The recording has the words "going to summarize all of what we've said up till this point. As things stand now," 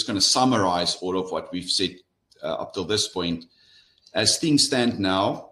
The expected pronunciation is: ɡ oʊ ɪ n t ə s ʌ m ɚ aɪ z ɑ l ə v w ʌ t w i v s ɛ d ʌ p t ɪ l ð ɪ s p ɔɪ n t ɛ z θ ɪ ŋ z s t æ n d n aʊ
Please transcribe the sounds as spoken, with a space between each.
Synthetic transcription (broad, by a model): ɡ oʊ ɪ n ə s ʌ m ɚ aɪ z ɑ l ə v w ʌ t w i v s ɛ d ʌ p t ɪ l ð ɪ s p ɔɪ n t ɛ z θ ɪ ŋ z s t æ n d n aʊ